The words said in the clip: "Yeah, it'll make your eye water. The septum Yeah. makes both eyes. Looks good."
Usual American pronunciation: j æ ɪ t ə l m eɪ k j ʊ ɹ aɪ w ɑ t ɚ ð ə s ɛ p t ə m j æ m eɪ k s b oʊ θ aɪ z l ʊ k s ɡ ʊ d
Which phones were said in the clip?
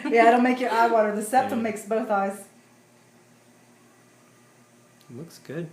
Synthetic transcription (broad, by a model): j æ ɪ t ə n m eɪ k j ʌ ɹ aɪ w ɑ t ɚ ð ə s ɛ p t ə m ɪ k s b oʊ θ aɪ z l ʊ k s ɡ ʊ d